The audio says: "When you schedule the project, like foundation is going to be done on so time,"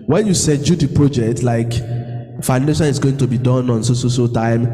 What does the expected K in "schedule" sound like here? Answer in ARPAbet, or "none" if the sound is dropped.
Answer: none